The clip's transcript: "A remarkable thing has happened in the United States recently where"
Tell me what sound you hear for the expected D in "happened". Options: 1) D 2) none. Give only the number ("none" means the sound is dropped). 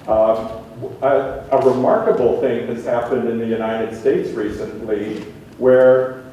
1